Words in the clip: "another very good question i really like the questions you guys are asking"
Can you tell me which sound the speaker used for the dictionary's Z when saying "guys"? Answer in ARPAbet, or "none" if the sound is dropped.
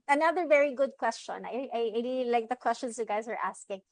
Z